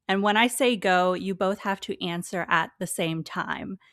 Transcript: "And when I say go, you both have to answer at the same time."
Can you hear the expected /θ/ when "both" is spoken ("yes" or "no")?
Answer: yes